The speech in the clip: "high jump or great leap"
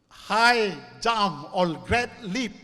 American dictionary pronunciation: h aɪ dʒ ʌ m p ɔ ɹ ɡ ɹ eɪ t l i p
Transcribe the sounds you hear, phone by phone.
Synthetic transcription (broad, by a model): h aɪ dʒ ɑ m ɔ l ɡ ɹ eɪ t l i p